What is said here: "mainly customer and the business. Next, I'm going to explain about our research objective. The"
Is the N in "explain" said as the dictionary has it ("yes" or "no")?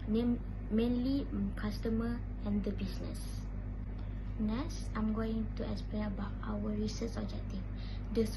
no